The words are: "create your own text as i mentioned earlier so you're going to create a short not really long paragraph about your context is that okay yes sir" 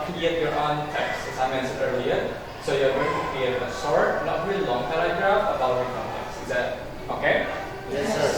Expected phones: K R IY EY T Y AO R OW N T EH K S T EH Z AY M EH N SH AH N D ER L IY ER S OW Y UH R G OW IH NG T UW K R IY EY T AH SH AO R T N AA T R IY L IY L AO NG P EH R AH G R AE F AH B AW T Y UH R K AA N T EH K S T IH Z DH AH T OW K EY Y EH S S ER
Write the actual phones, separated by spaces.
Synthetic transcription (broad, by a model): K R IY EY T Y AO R OW N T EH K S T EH S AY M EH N S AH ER L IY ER S OW Y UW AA G OW IH NG T UW K R IY EY T AH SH AO R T N AA T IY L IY L AO NG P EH L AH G R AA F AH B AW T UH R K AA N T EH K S IH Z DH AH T OW K EY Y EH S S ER